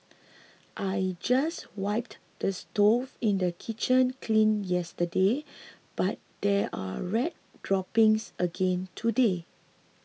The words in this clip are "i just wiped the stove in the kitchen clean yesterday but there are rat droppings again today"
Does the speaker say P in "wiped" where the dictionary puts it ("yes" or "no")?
yes